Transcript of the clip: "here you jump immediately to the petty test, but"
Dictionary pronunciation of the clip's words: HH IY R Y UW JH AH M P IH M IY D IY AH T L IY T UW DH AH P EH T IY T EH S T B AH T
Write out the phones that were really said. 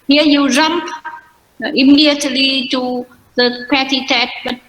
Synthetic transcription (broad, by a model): HH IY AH Y UW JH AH M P IH M IY D IY AH T L IY T UW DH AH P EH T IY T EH T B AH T